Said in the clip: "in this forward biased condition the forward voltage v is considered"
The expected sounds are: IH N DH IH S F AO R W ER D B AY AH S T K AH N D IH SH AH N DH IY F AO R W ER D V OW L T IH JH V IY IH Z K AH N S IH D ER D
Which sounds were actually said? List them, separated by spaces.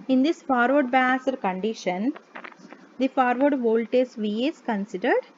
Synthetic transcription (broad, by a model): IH N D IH S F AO R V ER D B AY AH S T K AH N D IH SH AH N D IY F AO R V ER D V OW L T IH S V IY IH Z K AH N S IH D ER D